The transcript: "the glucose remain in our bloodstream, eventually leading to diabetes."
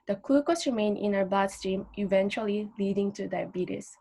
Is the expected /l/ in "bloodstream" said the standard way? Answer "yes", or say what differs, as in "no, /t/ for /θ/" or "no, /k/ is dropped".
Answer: no, /l/ is dropped